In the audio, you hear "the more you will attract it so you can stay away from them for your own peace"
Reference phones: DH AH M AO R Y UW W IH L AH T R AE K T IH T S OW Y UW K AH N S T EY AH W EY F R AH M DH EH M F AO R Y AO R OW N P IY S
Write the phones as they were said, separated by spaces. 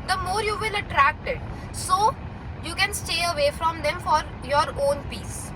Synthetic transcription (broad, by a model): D AH M AO R Y UW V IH L AH T R AE K T IH T S OW Y UW K AH N S T EY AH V EY F R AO M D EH M F AO R Y AO R OW N P IY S